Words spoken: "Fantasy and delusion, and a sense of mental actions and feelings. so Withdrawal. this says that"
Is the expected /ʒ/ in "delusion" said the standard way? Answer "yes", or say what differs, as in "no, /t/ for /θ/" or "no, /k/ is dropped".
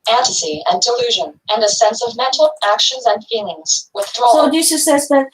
yes